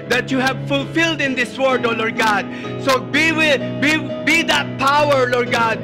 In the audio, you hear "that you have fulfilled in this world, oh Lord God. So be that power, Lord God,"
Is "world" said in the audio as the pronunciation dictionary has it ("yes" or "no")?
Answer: no